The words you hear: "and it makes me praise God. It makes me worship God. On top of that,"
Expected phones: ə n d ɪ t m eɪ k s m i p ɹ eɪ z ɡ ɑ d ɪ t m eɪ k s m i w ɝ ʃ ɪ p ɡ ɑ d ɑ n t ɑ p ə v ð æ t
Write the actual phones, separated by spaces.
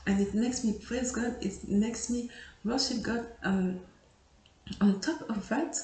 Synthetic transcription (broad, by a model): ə n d ɪ t m eɪ k s m i p ɹ eɪ z ɡ ɑ d ɪ t m eɪ k s m i w ɝ ʃ ɪ p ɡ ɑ d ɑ n t ɑ p ə v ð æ t